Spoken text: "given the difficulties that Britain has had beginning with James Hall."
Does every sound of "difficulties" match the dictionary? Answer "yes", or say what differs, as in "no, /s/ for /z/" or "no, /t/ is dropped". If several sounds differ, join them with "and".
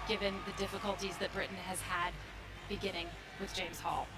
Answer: yes